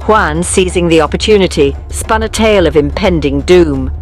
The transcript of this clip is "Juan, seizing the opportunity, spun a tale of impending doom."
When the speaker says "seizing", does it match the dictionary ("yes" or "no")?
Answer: yes